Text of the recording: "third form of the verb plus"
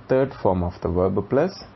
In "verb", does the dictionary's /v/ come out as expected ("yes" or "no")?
yes